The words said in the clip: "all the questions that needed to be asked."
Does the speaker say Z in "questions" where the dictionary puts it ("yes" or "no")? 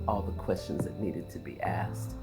yes